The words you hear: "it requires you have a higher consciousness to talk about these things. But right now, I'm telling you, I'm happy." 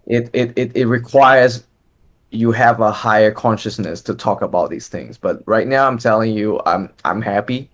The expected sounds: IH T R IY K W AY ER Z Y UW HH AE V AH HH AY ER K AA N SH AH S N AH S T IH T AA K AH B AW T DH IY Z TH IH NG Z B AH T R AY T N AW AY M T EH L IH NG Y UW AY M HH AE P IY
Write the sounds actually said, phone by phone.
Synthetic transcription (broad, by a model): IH T R IY K W AY ER Z Y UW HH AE V AH HH AY ER K AA N SH AH S N AH S T IH T AA K AH B AW T DH IY Z TH IH NG Z B AH T R AY T N AW AY M T EH L IH NG Y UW AY M HH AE P IY